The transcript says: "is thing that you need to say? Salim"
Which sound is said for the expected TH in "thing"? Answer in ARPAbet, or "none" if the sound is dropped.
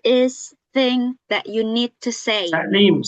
TH